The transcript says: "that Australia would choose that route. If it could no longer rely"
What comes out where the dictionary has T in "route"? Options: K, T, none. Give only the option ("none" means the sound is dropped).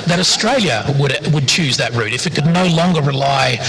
T